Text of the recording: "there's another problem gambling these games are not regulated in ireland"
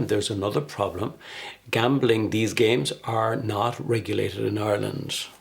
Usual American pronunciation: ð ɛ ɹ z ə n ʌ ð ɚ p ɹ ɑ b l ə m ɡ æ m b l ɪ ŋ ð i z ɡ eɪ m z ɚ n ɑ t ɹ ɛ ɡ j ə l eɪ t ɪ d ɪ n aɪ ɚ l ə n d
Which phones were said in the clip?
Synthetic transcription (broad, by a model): ð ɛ ɹ z ə n ʌ ð ɚ p ɹ ɑ b l ə m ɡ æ m b l ɪ ŋ ð i z ɡ eɪ m z ɚ n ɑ t ɹ ɛ ɡ j ə l eɪ t ɪ d ɪ n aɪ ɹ l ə n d